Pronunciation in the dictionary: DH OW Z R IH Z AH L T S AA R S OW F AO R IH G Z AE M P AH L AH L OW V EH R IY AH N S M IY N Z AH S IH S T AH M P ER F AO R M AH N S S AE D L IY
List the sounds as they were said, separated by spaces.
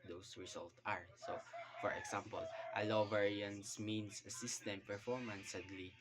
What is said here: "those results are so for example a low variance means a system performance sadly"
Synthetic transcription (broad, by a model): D OW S R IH S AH L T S AA R S OW F AO R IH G S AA M P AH L AH L OW V EH R IY AH N S M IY N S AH S IH S T AH M P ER F AO R M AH N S S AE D L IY